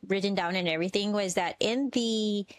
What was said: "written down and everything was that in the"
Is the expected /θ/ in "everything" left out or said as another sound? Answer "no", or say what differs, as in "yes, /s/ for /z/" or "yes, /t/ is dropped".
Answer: no